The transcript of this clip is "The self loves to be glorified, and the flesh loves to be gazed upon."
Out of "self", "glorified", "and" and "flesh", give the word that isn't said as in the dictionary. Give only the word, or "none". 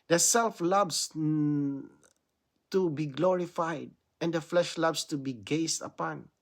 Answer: none